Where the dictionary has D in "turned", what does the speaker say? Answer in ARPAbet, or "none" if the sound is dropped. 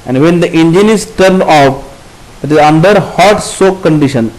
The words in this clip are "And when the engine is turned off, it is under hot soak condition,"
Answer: none